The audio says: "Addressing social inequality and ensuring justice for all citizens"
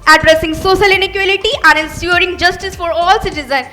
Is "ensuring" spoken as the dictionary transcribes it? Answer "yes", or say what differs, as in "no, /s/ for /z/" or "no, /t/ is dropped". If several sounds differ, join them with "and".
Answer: no, /s/ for /ʃ/